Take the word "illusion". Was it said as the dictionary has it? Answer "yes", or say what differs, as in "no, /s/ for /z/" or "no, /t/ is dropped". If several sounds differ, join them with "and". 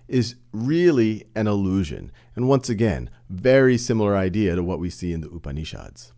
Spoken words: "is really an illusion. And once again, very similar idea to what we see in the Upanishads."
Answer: yes